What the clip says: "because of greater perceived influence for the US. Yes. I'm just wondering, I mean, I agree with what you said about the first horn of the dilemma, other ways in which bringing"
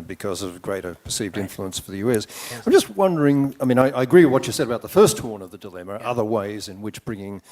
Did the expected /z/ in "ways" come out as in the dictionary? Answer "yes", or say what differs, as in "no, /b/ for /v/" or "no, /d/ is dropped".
yes